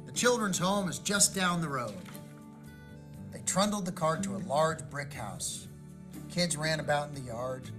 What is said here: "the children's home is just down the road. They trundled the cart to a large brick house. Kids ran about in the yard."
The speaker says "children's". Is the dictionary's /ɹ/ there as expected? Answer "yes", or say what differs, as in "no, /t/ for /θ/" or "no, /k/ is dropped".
yes